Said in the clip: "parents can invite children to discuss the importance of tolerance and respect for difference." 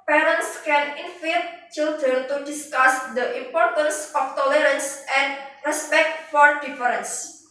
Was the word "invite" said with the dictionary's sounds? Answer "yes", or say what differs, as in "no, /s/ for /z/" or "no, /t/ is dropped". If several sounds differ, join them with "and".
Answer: no, /f/ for /v/